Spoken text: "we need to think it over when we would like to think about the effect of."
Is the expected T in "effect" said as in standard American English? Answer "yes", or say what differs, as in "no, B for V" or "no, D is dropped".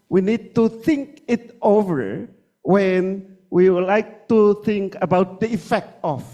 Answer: yes